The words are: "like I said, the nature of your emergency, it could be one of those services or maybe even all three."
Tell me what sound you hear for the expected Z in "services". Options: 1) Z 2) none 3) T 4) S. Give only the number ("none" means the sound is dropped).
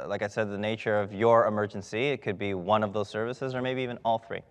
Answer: 1